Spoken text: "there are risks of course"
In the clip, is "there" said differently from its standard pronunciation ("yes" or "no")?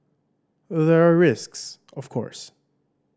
no